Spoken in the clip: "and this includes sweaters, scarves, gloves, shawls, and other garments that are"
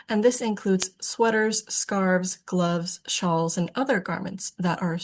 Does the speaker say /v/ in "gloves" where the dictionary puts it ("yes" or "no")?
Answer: yes